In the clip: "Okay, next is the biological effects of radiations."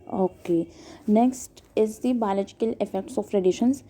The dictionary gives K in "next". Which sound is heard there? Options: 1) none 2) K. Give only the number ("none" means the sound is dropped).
2